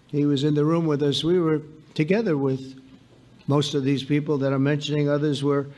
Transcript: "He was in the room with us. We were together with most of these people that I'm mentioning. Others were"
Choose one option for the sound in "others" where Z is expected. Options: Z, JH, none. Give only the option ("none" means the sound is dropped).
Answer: Z